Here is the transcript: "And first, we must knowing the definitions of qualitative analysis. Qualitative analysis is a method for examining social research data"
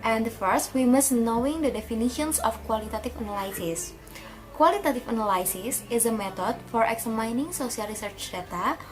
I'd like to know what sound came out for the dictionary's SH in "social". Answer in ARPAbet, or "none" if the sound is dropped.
S